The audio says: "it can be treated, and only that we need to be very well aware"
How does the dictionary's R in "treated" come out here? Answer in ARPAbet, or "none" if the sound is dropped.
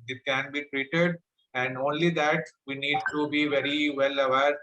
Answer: R